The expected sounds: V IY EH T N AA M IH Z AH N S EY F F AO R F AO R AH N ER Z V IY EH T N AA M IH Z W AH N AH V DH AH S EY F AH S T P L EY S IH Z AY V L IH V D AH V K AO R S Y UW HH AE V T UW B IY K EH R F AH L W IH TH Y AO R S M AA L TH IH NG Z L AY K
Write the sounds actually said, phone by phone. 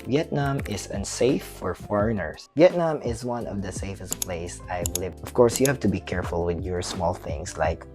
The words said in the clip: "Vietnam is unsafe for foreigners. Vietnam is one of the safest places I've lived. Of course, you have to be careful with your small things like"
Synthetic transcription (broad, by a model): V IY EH T N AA M IH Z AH N S EY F F AO R F AO R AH N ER S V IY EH T N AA M IH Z W AH N AH V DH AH S EY F AH S T P L EY IH S AY V L IH V D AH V K AO R S Y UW HH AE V T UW B IY K EH R F AH L W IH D Y AO R S M AA L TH IH NG S L AY K